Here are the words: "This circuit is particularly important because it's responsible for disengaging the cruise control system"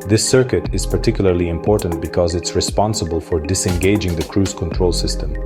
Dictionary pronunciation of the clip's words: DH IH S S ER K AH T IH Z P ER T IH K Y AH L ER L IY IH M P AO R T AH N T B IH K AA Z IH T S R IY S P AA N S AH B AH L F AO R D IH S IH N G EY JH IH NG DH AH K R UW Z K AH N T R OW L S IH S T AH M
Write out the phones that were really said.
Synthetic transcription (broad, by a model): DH IH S S ER K AH T IH Z P ER T IH K Y AH L ER L IY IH M P AO R T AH N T B IH K AA Z IH T S R IY S P AA N S AH B AH L F AO R D IH S IH N G EY JH IH NG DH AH K R UW Z K AH N T R OW L S IH S T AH M